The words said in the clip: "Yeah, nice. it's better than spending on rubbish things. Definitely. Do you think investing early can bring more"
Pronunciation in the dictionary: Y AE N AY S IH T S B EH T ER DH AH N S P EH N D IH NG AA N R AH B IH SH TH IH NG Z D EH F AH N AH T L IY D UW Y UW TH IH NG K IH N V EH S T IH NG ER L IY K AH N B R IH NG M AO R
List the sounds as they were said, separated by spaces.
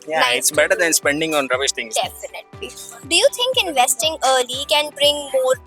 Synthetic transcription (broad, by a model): Y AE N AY IH T S B EH T ER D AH N S P EH N D IH NG AA N R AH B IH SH T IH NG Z D EH F AH N AH T L IY D UW Y UW T IH NG K IH N V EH S T IH NG ER L IY K AH N B R IH NG M AO R